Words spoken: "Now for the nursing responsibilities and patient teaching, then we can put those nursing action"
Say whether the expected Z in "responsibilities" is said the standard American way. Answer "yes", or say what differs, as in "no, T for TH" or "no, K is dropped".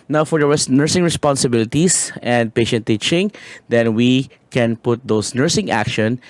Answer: no, S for Z